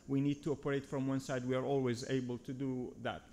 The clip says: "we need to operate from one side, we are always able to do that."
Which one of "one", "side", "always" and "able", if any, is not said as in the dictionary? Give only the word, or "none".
none